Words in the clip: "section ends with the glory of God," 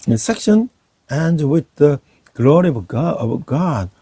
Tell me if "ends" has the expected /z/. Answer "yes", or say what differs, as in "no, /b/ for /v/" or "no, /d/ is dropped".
no, /z/ is dropped